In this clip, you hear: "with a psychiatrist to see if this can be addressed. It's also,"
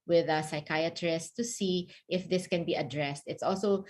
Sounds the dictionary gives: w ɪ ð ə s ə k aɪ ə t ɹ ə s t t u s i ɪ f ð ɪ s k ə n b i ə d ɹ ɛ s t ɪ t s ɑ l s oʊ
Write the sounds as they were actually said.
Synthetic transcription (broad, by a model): w ɪ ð ə s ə k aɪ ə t ɹ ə s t t u s i ɪ f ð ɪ s k ə n b i ə d ɹ ɛ s t ɪ t s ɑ l s oʊ